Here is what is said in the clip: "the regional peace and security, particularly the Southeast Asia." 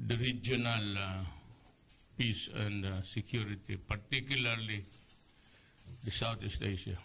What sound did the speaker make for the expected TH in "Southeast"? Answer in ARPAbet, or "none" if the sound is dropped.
T